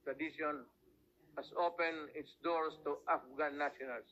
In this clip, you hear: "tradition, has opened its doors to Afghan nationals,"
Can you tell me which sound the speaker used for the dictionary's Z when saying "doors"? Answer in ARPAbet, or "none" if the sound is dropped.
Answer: S